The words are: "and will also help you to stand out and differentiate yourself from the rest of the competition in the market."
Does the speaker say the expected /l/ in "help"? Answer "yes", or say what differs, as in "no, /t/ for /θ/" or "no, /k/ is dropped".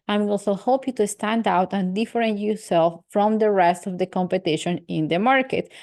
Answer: no, /l/ is dropped